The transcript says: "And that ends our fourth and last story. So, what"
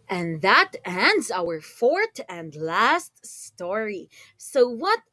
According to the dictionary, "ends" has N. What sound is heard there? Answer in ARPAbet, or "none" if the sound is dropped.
N